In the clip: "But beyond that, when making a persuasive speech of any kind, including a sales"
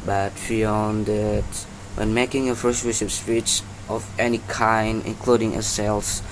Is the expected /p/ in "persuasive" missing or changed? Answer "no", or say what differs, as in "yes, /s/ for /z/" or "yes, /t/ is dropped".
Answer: yes, /f/ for /p/